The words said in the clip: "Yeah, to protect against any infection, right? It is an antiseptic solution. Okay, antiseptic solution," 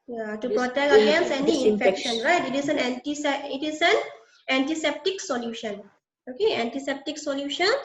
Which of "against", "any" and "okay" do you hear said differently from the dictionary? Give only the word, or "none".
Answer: against